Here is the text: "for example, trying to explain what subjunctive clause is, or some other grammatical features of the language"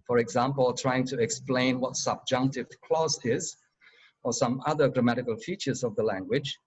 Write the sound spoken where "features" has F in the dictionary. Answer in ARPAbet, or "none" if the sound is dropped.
F